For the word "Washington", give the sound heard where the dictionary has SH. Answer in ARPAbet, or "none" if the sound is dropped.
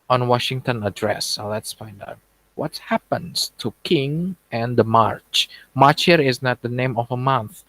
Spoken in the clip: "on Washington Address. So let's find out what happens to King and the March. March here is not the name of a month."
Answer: SH